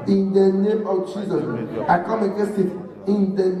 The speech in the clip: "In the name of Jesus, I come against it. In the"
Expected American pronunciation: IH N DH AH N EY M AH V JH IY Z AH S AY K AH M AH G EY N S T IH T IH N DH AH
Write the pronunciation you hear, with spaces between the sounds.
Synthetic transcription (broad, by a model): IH N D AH N EY M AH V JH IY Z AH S AY K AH M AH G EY S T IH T IH N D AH